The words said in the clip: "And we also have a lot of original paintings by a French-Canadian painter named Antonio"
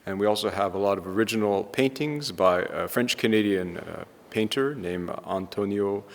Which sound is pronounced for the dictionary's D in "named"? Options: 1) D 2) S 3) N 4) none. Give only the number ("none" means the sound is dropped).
4